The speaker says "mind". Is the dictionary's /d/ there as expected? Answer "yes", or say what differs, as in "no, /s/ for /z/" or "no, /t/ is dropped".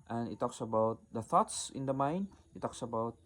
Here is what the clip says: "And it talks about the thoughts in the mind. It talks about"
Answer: no, /d/ is dropped